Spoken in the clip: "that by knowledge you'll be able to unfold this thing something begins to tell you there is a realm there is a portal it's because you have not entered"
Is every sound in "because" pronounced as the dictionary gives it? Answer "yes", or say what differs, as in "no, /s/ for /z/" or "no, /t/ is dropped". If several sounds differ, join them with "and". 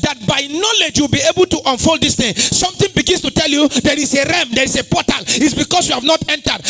no, /s/ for /z/